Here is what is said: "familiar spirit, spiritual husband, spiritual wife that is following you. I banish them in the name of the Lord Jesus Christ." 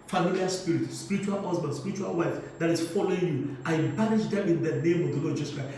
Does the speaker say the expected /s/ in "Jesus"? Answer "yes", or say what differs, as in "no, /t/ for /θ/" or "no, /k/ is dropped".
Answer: no, /s/ is dropped